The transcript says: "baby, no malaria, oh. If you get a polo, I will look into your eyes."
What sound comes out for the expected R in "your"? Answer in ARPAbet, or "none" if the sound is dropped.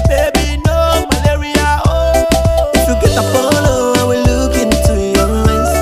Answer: L